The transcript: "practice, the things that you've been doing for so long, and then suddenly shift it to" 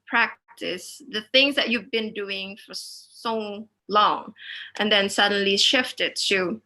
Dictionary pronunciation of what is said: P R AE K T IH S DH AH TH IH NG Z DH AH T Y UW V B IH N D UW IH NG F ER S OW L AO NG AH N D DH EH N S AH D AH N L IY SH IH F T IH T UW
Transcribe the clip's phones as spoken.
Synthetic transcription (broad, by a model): P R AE K T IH S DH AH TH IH NG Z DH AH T Y UW V B IH N D UW IH NG F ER S OW L AO NG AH N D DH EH N S AH D AH N L IY SH IH F T IH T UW